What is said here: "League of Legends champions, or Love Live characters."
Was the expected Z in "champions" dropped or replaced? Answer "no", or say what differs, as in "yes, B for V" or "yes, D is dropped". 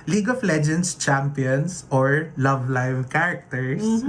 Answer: yes, S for Z